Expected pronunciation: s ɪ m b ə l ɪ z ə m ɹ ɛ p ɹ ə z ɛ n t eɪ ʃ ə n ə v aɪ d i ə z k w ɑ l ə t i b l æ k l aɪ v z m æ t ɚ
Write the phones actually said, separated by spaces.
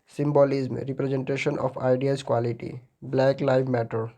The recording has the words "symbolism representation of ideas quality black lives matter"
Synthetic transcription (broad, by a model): s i m b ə l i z m ɹ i p ɹ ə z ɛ n t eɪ ʃ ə n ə p aɪ d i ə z k w ɑ l ə t i b l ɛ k l aɪ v m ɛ t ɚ